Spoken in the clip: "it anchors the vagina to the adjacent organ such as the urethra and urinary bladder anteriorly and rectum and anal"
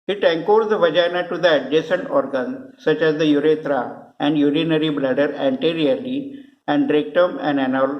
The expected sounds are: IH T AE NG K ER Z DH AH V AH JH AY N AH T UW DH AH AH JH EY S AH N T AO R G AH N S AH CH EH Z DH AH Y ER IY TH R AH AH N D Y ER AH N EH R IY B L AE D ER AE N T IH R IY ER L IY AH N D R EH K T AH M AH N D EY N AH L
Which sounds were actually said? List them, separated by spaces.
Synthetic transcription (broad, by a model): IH T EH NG K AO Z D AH V AH JH AY N AH T UW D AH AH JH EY S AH N T AO R G AH N S AH CH EH Z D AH Y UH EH T R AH AH N D Y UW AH N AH R IY B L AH D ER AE N T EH R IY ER L IY AH N D R EH K T AH M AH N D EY N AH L